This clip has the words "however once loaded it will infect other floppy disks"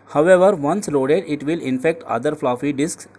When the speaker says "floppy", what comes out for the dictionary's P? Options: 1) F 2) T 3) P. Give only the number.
1